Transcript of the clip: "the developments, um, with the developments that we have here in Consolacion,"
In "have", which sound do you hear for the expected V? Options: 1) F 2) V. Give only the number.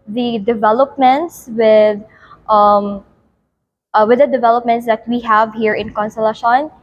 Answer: 2